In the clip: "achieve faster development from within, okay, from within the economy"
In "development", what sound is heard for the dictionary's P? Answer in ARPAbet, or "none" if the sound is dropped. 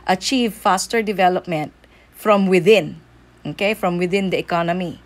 P